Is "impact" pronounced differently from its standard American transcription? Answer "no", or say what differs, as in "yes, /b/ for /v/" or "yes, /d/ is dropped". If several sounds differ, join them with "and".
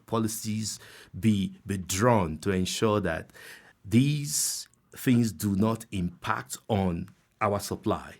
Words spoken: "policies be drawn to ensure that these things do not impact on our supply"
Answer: no